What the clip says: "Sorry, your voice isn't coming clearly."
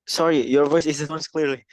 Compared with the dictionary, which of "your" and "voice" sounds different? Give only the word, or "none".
none